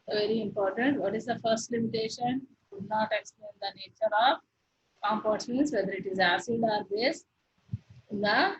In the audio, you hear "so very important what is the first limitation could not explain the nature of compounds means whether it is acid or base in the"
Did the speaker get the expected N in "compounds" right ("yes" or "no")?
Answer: no